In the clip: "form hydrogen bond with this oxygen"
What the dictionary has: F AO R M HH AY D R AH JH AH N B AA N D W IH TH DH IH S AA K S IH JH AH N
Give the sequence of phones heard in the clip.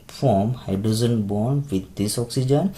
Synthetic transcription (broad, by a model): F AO M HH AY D AH Z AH N B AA N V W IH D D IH S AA K S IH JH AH N